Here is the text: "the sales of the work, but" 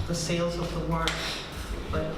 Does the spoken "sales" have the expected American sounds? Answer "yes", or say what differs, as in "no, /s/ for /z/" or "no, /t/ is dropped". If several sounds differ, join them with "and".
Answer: yes